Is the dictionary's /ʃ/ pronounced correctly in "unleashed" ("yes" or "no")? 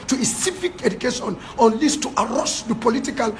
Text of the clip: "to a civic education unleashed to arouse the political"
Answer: no